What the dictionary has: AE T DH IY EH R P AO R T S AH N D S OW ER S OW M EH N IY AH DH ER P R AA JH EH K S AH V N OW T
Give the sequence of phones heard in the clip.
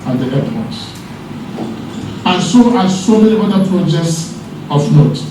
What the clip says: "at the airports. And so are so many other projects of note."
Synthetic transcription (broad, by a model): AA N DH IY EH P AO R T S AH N S OW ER S OW M EH N IY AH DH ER P R AA JH EH K S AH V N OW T